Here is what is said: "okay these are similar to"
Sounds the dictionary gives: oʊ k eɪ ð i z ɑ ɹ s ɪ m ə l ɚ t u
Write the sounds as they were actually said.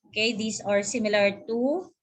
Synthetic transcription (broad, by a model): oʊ k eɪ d i s ɑ ɹ s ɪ m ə l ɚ t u